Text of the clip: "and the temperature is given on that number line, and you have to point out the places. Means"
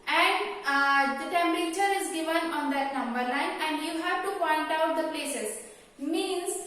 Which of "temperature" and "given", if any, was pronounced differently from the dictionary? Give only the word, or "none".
none